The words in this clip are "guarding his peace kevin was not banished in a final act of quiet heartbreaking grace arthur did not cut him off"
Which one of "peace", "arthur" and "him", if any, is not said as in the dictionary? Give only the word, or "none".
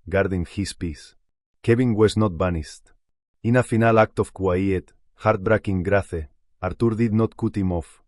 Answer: arthur